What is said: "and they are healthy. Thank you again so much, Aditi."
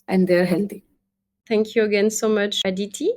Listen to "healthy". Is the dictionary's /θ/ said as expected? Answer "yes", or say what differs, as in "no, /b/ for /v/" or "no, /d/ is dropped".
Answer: no, /t/ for /θ/